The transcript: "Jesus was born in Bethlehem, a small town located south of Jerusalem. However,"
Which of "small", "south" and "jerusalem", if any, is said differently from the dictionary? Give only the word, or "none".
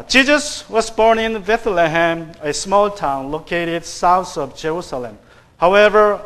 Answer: south